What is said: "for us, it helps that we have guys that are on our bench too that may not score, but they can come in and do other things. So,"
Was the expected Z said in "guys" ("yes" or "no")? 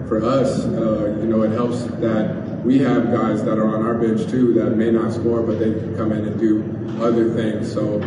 yes